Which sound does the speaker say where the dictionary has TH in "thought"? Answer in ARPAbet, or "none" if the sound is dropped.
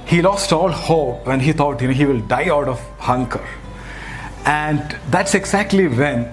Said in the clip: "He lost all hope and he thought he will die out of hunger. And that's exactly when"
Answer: T